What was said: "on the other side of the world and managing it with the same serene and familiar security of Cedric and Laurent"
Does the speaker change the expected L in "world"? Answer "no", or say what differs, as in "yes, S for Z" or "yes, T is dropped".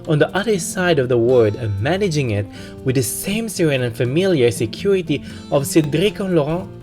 yes, L is dropped